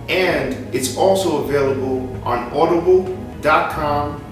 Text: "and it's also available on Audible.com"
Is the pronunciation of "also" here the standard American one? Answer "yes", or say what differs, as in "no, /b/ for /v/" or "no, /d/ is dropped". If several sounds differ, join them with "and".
yes